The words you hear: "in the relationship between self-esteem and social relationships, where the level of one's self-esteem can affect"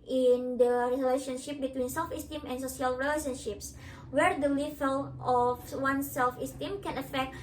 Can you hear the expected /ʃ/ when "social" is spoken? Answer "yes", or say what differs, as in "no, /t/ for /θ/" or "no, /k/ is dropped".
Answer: no, /s/ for /ʃ/